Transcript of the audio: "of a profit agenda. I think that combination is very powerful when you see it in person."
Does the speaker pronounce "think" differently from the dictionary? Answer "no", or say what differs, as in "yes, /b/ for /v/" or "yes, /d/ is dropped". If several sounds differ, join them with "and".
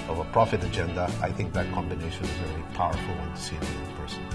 no